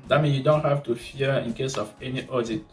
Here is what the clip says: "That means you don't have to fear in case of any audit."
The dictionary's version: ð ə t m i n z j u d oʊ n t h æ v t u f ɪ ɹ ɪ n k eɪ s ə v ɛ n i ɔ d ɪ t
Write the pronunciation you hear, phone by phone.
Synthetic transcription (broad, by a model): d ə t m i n j u d oʊ n t h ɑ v t u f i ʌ ɪ n k eɪ s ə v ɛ n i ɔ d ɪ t